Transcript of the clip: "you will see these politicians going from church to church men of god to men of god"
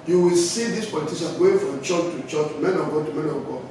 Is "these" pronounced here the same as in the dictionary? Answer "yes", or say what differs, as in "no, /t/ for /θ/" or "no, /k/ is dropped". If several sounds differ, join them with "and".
no, /s/ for /z/